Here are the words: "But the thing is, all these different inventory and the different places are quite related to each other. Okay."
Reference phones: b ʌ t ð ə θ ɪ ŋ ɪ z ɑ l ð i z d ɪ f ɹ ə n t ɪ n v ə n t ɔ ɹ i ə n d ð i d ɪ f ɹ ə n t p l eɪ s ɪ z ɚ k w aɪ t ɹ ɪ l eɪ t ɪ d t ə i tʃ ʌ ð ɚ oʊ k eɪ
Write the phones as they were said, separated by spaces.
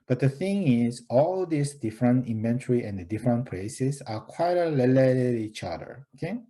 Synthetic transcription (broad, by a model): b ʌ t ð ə θ ɪ ŋ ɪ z ɑ l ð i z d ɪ f ɹ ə n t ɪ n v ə n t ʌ ɹ i ə n d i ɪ f ɹ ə n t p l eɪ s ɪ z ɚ k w aɪ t l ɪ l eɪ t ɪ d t i tʃ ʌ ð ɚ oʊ k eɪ